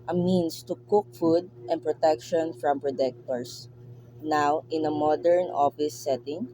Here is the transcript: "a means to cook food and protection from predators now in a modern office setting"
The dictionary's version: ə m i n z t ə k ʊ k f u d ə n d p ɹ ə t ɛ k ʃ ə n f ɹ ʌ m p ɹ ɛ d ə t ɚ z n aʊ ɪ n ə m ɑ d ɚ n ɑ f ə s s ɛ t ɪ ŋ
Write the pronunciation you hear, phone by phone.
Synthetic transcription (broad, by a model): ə m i n s t ə k ʊ k f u d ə n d p ɹ ə t ɛ k ʃ ə n f ɹ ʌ m p ɹ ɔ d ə t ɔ s n aʊ ɪ n ə m ɑ d ɚ n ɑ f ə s s ɛ t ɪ ŋ